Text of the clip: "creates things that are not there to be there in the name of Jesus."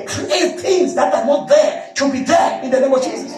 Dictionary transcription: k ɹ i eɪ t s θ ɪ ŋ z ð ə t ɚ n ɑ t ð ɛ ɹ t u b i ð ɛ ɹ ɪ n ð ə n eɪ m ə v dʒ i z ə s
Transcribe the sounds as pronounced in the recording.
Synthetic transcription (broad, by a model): k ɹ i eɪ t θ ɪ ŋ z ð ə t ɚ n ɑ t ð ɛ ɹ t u b i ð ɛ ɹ ɪ n ð ə n eɪ m ə v dʒ i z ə s